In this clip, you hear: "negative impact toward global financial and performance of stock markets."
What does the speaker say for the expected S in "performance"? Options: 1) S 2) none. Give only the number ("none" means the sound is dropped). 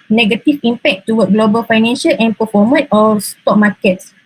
2